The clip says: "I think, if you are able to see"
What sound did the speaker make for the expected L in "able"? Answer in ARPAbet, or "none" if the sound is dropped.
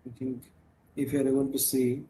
N